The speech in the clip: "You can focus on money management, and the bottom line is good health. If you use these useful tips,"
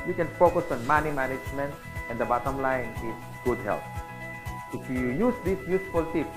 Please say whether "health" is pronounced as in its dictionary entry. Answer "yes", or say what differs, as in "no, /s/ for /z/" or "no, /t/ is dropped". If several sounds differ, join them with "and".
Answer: no, /t/ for /θ/